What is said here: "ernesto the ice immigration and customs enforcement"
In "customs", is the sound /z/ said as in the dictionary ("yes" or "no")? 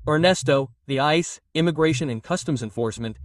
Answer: yes